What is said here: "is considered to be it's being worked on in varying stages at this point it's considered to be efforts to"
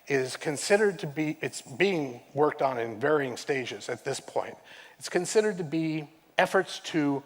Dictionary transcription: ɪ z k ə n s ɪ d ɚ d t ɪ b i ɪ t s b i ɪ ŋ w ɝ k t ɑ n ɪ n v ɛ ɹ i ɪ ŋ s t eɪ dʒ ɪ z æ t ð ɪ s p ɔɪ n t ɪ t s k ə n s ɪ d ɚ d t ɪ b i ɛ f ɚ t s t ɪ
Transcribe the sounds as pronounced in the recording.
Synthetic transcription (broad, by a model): ɪ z k ə n s ɪ d ɚ d t ɪ b i ɪ t s b i ɪ ŋ w ɝ k t n ɪ n v ɛ ɹ i ɪ ŋ s t eɪ dʒ ɪ z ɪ t ð ɪ s p ɔɪ n t ɪ t s k ə n s ɪ d ɚ d t ɪ b i ɛ f ɚ t s t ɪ